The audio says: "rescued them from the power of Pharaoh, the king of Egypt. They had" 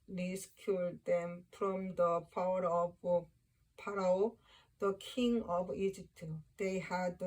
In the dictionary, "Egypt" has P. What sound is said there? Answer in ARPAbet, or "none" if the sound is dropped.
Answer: P